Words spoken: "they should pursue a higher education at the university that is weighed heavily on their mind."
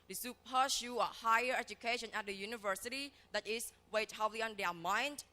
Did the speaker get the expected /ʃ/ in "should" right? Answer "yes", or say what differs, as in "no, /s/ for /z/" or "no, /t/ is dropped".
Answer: no, /s/ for /ʃ/